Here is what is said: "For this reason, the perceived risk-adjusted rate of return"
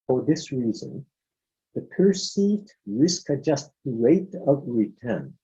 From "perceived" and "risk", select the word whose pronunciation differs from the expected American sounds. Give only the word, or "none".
none